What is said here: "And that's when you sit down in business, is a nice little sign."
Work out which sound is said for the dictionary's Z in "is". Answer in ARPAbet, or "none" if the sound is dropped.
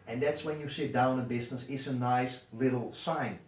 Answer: S